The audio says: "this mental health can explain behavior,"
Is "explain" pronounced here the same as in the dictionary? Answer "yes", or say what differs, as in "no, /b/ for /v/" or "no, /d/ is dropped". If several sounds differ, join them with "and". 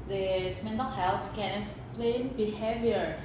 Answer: no, /k/ is dropped